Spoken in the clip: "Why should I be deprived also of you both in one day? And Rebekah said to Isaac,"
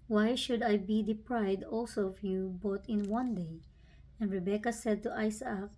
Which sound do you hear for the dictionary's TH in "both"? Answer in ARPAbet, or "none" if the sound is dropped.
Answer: T